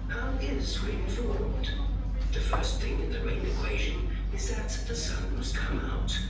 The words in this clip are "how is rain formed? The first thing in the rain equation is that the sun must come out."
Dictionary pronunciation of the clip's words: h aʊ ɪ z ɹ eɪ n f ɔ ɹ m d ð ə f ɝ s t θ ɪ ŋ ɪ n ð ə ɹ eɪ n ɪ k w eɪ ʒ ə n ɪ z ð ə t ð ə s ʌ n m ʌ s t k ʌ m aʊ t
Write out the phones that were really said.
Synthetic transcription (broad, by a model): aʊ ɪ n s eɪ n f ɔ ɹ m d ð ə f ɝ s t θ ɪ ŋ ɪ n ð ə ɹ eɪ n ɪ k w eɪ ʒ ə n ɪ z ð ə t ð ə s ʌ n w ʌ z k ʌ m aʊ t